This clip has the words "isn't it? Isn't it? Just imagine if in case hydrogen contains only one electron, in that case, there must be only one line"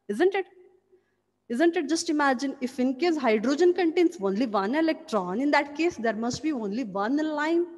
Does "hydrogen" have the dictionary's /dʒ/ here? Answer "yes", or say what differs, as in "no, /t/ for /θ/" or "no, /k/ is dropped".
yes